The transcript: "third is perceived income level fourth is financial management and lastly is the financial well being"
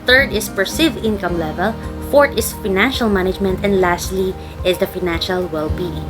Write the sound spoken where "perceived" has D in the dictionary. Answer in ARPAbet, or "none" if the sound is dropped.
none